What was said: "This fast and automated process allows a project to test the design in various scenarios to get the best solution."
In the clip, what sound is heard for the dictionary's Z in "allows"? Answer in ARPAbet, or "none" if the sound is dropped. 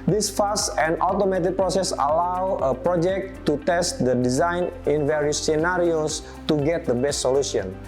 none